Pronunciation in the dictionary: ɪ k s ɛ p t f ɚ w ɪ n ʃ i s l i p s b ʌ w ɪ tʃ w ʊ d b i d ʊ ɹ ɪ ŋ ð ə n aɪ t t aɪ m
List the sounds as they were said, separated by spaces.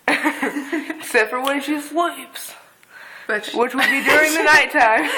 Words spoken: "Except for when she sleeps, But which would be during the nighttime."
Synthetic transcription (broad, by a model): s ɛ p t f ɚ w ɪ n ʃ i s l i p s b w ɪ tʃ w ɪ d b i d ʊ ɹ ɪ ŋ ð ə n aɪ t t aɪ m